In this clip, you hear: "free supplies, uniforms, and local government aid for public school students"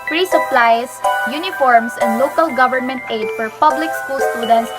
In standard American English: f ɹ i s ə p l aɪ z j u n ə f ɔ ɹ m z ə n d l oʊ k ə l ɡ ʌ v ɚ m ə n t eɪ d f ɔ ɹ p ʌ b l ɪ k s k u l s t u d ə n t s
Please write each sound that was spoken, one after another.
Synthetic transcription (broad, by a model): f ɹ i s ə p l aɪ s j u n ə f ɔ ɹ m s ə n d l oʊ k ə l ɡ ʌ v ɚ m ə n t eɪ d f ɔ ɹ p ʌ b l ɪ k s k u l s t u d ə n t s